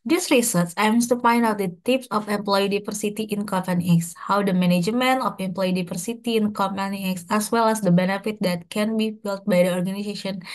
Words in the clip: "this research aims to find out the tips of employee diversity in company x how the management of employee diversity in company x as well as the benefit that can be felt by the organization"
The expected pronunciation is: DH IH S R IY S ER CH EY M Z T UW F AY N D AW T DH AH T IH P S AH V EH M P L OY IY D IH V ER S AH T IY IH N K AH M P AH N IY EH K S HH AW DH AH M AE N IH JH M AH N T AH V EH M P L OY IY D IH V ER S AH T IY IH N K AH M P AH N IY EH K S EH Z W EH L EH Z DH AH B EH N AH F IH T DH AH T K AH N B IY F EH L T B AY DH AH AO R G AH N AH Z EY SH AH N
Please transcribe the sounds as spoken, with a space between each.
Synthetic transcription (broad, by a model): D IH S R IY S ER S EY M S T UW F AY N D AW T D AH T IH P S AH F EH M P L OY IY D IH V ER S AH T IY IH N K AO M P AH N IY EH K S HH AW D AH M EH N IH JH M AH N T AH F EH M P L OY IY D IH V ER S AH T IY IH N K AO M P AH N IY EH K S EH S W EH L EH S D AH B EH N AH F IH T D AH T K AH N B IY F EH L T B AY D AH AO R G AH N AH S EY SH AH N